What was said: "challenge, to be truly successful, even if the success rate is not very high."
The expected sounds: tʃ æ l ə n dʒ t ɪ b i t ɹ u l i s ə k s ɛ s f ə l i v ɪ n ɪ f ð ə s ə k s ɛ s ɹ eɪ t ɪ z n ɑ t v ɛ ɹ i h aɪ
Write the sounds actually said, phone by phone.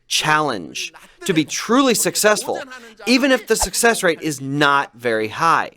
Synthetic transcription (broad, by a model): tʃ æ l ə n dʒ t ɪ b i t ɹ u l i s ə k s ɛ s f ə l i v ɪ n ɪ f ð ə s ə k s ɛ s ɹ eɪ t ɪ z n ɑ t v ɛ ɹ i h aɪ